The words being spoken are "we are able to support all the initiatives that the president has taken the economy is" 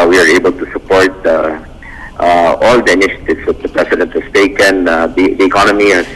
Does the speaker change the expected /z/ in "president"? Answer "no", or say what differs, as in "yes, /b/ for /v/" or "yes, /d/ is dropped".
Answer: yes, /s/ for /z/